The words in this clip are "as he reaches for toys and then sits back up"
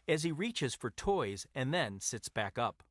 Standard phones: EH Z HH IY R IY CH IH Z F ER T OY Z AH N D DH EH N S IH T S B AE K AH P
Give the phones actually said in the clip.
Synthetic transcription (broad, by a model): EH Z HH IY R IY CH IH Z F ER T OY Z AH N DH EH N S IH T S B AE K AH P